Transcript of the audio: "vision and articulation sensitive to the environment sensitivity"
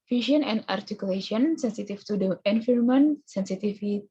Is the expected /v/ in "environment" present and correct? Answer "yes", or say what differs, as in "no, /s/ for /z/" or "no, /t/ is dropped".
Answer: no, /f/ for /v/